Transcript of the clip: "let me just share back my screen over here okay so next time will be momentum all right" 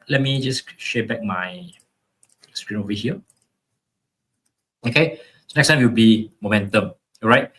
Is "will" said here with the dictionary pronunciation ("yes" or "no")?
no